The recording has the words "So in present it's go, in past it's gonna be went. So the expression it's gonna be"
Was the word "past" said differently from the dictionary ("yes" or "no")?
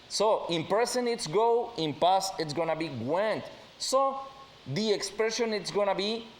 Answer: yes